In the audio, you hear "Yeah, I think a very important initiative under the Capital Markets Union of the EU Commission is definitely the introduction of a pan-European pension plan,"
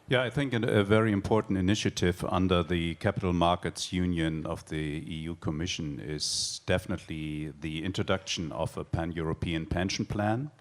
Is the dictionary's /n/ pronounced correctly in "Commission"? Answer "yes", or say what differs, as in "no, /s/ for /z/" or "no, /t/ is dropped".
yes